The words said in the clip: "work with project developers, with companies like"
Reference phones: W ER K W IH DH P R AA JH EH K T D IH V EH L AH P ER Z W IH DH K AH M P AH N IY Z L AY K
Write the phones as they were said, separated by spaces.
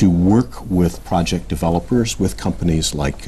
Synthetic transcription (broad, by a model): W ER K W IH DH P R AA JH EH K D IH V EH L AH P ER Z W IH DH K AH M P AH N IY Z L AY K